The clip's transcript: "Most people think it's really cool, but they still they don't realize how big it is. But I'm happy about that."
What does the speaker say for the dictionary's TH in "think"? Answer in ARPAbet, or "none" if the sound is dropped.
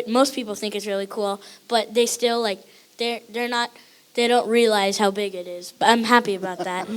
TH